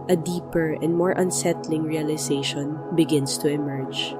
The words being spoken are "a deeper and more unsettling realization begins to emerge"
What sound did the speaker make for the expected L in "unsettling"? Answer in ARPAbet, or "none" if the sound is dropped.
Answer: L